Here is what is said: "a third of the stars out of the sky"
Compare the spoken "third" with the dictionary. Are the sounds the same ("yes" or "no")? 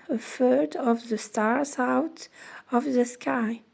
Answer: no